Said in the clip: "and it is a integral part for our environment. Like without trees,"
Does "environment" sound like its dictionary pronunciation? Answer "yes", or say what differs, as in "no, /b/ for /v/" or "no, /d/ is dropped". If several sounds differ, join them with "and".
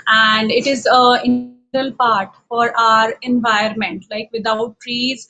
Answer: no, /ɹ/ is dropped